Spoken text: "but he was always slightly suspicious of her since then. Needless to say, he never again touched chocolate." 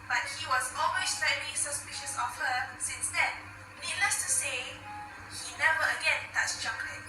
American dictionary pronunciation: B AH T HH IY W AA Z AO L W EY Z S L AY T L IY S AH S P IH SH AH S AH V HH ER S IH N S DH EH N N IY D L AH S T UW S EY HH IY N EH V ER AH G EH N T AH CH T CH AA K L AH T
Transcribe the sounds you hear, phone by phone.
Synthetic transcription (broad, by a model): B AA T HH IY W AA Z AO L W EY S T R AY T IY S AH S P IH SH AH S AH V HH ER S IH N S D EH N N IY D L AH S T UW S EY HH IY N EH V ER AH G EH N T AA CH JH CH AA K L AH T